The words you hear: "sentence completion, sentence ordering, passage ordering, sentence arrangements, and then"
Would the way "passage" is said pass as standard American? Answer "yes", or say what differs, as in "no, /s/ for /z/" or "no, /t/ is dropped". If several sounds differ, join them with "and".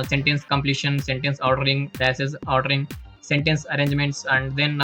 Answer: no, /z/ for /dʒ/